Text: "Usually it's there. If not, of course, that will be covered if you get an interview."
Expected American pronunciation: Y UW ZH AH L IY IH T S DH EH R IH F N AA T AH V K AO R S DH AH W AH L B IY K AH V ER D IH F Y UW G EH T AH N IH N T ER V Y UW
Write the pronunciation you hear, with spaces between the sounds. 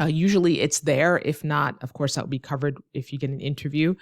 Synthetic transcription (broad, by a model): Y UW ZH L IY IH T S DH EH R IH F N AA T AH V K AO R S DH AH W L B IY K AH V ER D IH F Y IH G EH T N IH N T ER V Y UW